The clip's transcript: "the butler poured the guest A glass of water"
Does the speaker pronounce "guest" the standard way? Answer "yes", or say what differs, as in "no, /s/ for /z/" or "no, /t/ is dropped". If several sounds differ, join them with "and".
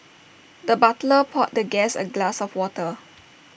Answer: no, /t/ is dropped